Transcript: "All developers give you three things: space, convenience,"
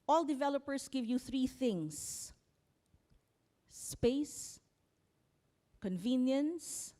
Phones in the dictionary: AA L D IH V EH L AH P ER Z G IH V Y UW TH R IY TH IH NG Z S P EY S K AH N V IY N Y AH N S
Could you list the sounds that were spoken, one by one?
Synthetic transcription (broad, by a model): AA L D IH V EH L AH P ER S G IH V Y UW TH R IY TH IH NG S P EY S K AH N V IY N Y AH N S